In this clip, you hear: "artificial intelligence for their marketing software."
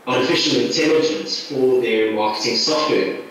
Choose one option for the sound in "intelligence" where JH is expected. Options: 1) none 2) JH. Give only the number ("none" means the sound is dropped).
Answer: 2